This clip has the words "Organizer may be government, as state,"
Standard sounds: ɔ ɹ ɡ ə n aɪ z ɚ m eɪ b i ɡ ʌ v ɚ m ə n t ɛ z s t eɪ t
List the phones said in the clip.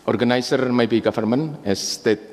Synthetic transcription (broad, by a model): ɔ ɹ ɡ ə n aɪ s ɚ m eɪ b i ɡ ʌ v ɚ m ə n ɛ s t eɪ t